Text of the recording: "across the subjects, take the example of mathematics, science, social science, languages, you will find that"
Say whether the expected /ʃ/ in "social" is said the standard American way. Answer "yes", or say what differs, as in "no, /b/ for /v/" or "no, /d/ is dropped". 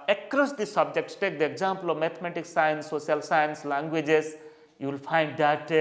no, /ʃ/ is dropped